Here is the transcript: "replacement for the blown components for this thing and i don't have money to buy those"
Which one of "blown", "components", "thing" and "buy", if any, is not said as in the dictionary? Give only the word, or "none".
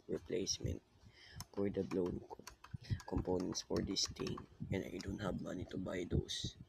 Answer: thing